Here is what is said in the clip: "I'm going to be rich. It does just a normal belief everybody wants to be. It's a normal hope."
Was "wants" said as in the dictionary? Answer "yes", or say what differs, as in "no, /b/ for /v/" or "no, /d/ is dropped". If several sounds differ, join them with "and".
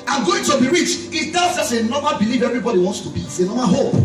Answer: yes